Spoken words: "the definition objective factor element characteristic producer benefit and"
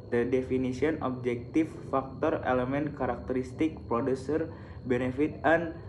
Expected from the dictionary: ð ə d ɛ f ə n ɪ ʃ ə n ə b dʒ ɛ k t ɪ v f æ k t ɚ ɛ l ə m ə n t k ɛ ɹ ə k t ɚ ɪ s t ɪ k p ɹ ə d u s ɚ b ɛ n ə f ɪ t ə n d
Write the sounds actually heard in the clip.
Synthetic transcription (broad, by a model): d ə d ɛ f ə n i s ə n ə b dʒ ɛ k t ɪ f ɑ k t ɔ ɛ l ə m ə n k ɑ ɹ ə k t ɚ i s t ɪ k p ɹ ə d u s ɚ b ɛ n ə f ɪ t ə n